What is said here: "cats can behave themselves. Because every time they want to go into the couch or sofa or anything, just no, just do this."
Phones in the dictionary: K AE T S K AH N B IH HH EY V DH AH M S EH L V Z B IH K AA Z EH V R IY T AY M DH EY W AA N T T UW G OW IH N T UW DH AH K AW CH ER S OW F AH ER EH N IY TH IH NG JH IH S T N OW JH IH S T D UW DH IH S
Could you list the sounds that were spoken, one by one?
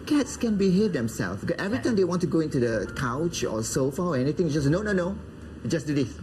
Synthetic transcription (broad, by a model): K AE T S K AH N B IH HH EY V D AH M S EH L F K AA EH V R IY T AY M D EY W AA N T T UW G OW IH N T UW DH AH K AW CH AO S OW F AH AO EH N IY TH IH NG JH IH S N N OW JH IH S D UW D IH